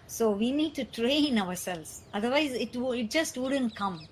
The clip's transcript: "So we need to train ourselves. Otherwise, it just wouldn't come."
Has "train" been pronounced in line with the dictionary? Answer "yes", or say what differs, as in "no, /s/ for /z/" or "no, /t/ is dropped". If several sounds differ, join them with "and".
yes